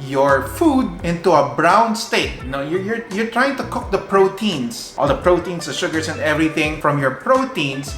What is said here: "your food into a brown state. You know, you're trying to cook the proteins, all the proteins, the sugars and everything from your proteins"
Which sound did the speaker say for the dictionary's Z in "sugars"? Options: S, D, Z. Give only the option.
S